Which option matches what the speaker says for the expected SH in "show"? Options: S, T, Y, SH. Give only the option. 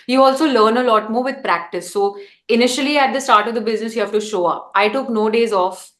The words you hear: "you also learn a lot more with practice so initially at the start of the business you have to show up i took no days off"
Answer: SH